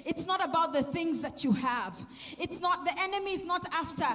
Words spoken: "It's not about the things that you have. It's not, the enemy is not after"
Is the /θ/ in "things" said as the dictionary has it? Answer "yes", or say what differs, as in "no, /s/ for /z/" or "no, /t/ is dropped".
yes